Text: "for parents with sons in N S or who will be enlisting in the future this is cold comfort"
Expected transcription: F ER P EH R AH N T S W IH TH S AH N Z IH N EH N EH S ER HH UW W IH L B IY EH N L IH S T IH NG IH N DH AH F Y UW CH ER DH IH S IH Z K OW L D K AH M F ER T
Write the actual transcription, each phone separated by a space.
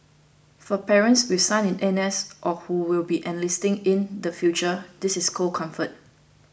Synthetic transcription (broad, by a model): F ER P EH R AH N T S W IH S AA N IH N EH N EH S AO HH UW W IH L B IY EH N L IH S T IH NG IH N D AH F Y UW CH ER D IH S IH S K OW K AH M F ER T